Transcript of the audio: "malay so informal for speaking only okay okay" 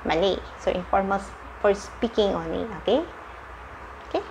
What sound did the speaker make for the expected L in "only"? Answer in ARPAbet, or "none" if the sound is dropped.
none